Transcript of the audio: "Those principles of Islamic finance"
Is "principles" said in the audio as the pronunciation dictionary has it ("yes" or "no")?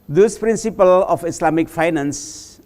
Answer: no